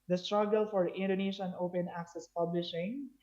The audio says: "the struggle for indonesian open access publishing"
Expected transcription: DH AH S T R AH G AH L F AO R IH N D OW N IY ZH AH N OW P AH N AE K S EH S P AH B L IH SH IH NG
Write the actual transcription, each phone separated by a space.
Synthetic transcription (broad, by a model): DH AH S T R AH G AH L F AO R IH N D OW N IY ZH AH N OW P AH N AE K S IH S P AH B L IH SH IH NG